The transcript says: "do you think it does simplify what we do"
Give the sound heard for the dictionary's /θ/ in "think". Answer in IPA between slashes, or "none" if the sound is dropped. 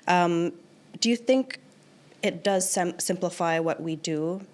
/θ/